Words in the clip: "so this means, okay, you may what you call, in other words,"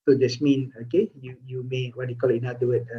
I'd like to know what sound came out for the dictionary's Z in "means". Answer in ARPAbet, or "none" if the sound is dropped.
none